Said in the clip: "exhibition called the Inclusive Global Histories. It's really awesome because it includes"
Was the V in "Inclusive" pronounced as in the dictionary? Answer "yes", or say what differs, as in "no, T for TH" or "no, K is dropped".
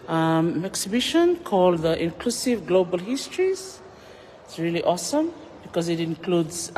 yes